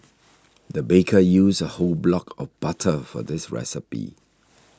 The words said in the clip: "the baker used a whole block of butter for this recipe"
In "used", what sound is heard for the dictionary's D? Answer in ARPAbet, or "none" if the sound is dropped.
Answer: none